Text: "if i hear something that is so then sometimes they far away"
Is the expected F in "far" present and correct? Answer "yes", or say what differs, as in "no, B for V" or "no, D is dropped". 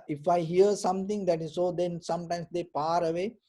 no, P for F